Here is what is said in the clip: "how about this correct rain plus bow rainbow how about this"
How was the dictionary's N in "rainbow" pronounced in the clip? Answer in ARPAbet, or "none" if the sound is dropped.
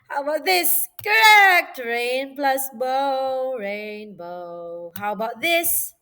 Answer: N